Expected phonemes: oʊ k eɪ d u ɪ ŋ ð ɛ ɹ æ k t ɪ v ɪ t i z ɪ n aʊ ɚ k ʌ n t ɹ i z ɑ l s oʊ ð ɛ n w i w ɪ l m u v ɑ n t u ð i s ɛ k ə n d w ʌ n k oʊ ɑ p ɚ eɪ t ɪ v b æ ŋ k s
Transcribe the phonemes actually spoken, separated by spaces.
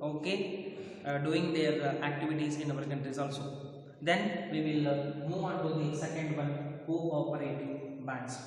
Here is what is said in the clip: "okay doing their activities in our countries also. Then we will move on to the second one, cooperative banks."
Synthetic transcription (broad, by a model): oʊ k eɪ d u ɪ ŋ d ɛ ɹ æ k t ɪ v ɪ t i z ɪ n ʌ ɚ k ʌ n t ɹ i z ɑ l s oʊ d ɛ n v i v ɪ l m u v ɑ n t u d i s ɛ k ə n d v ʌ n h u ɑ p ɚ eɪ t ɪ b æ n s